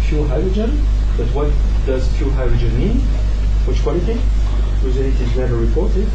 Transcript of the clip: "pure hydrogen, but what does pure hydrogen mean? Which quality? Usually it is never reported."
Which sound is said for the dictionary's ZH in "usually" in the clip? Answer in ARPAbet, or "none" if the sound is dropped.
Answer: Z